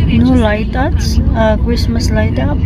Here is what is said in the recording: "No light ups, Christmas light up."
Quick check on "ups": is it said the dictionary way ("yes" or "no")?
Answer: no